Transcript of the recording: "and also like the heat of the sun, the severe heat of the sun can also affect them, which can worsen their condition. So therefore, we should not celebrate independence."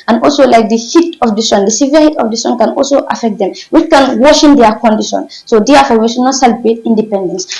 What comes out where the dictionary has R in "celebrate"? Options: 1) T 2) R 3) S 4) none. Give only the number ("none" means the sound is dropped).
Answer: 4